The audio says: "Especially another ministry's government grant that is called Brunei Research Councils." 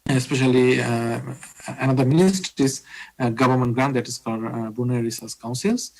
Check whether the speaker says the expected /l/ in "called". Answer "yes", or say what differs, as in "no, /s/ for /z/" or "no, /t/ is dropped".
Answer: no, /l/ is dropped